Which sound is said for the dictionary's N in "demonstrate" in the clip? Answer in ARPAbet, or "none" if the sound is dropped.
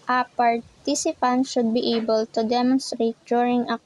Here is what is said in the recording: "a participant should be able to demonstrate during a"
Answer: N